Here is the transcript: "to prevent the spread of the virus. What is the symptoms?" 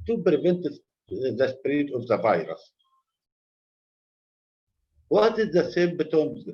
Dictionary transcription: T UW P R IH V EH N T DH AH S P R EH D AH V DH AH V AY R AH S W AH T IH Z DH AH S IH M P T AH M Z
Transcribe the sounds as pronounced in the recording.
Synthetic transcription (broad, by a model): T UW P R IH V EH N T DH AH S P R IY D AH V DH AH V AY R AH S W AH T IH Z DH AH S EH M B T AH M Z